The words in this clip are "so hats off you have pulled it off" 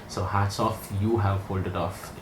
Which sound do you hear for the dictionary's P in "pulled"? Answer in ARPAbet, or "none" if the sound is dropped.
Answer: F